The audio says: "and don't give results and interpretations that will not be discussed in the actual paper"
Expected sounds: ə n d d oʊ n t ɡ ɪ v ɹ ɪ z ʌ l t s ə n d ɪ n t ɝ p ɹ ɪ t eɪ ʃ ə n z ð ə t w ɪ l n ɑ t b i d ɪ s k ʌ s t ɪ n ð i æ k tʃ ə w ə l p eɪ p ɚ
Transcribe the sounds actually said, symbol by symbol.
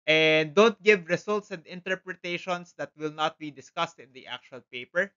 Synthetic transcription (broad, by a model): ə n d d oʊ n t ɡ ɪ v ɹ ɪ s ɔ l t s ə n d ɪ n t ɝ p ɹ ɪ t eɪ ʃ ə n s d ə t w ɪ l n ɑ t b i d ɪ s k ʌ s t ɪ n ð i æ k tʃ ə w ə l p eɪ p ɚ